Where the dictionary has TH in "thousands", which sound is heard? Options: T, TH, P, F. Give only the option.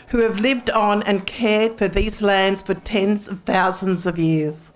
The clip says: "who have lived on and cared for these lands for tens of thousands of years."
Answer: TH